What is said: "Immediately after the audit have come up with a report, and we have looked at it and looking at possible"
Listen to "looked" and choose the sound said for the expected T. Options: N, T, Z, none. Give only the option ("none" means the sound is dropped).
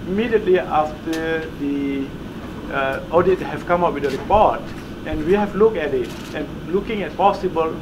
none